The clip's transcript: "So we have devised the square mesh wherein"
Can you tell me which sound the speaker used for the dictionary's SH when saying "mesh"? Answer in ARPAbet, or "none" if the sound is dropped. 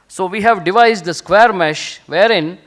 SH